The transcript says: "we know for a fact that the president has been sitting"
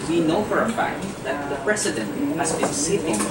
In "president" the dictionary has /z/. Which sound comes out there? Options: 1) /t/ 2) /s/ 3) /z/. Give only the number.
2